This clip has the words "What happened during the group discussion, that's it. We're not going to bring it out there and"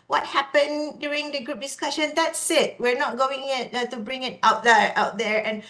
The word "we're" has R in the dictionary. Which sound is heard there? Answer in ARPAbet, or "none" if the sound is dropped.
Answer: R